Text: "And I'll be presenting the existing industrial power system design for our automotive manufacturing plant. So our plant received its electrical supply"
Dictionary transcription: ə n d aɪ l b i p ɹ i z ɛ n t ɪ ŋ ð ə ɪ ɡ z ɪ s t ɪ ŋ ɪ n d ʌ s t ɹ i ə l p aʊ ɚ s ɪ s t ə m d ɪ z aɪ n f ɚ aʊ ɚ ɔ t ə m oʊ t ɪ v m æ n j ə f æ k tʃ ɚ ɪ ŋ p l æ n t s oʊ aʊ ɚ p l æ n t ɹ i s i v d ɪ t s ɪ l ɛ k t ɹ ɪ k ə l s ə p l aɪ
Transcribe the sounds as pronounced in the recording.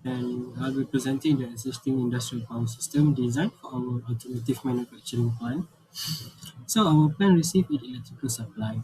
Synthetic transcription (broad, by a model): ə n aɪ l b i p ɹ i z ɛ n t ɪ ŋ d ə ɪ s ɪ s t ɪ ŋ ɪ n d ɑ s t ɹ i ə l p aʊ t s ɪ s t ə m d ɪ z aɪ n f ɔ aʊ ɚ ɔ t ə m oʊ t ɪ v m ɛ n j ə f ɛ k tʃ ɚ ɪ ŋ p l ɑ n s oʊ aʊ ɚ p l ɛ n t ɹ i s i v ɪ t ɪ l ɛ k t ɹ ɪ k ə l s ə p l aɪ